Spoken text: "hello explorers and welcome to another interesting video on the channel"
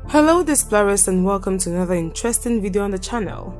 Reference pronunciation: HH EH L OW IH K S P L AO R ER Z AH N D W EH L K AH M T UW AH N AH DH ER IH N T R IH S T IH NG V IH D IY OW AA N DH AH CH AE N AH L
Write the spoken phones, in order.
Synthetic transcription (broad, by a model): HH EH L OW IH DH S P L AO R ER S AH N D W EH L K AH M T UW AH N AH DH ER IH N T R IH S T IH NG V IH D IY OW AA N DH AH CH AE N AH L